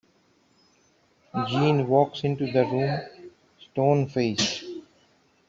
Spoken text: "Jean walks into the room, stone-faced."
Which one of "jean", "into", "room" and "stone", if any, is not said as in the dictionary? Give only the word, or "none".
none